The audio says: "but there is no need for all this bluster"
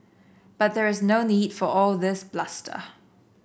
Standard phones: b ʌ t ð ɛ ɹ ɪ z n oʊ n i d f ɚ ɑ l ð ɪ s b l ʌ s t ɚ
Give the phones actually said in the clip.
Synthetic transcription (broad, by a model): b ʌ t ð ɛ ɹ ɪ z n oʊ n i d f ɚ ɑ l ð ɪ s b l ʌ s t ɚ